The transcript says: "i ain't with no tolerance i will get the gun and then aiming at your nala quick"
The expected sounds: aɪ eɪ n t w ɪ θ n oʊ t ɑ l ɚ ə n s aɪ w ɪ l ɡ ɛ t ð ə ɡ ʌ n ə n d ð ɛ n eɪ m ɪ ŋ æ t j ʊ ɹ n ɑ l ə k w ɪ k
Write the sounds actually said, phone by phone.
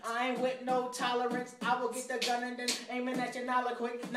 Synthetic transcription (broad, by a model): aɪ w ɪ n oʊ t ɑ l ɚ ə n s aɪ w ɪ l ɡ ɛ t ð ə ɡ ʌ n ə n d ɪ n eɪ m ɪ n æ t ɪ n ɑ l ə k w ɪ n